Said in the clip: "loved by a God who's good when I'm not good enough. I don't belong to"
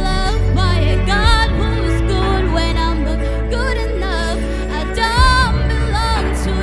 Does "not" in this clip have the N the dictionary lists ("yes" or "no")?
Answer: no